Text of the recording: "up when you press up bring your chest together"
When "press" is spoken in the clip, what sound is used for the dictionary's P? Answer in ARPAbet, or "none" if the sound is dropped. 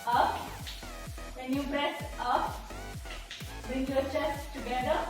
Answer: B